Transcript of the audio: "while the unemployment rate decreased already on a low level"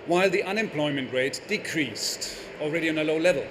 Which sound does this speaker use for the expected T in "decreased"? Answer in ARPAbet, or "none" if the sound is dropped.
T